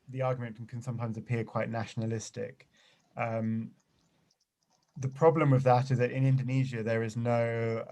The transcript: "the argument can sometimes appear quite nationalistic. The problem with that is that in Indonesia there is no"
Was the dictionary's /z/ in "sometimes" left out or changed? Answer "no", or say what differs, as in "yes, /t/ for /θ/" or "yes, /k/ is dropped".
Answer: no